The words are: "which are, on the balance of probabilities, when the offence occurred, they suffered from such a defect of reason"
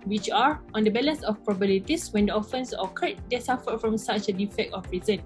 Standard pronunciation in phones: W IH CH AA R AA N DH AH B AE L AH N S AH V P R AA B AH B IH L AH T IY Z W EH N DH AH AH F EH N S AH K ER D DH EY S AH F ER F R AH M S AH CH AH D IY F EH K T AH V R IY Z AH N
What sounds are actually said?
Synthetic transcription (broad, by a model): W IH CH AA R AA N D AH B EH L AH N S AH F P R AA B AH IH L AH T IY S W EH N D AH AH F EH N S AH K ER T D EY S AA F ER F R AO M S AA CH AH D IY F EH K T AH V R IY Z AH N